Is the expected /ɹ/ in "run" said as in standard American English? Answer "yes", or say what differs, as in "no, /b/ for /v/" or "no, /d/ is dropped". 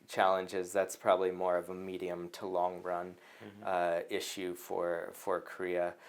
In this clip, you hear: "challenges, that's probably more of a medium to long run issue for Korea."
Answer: yes